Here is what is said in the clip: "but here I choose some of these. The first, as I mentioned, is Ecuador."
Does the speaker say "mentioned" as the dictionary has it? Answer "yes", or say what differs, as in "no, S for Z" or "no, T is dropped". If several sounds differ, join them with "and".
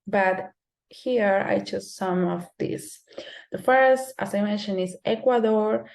no, D is dropped